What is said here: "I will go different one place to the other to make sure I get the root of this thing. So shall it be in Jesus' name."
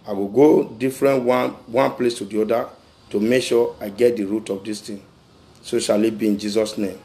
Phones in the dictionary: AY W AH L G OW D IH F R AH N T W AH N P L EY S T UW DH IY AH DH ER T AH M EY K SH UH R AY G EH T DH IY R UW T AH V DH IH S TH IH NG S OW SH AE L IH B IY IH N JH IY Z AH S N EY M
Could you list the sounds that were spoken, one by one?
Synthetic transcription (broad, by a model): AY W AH G OW D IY F R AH N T W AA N P L EY S T UW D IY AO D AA T AH M EY K SH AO AY G EH T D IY R UW T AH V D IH S T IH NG S OW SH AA L IH B IY IH N JH IY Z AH S N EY M